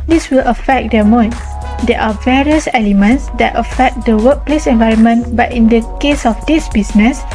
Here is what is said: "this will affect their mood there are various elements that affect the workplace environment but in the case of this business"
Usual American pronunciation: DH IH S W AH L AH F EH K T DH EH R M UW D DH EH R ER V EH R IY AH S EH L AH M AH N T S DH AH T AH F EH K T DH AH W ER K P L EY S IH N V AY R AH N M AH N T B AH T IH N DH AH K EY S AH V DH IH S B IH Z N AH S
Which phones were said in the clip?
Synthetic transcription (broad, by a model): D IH S W AH L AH F EH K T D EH M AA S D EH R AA V EH R IY AH S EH L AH M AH N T S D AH T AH F EH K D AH W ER K P L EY S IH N V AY R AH N M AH N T B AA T IH N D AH K EY S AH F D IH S B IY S N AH S